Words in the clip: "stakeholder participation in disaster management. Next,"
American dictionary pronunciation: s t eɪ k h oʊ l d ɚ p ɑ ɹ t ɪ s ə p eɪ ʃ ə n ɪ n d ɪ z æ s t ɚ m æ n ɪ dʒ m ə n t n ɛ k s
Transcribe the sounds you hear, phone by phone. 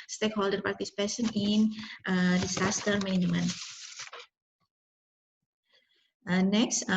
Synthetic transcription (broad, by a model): s t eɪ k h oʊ l d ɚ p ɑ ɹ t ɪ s p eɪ s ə n ɪ n d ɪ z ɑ s t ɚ m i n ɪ m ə n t n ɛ k s